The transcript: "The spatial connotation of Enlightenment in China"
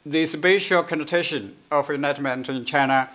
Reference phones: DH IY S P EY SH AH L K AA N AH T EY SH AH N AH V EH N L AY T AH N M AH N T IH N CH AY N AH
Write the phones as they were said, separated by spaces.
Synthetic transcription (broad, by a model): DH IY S B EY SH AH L K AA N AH T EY SH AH N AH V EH N AY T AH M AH N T IH N CH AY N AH